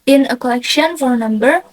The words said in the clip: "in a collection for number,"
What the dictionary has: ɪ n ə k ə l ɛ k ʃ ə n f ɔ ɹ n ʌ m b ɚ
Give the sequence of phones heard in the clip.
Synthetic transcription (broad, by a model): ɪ n ə k ə l ɛ k ʃ ə n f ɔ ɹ n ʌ m b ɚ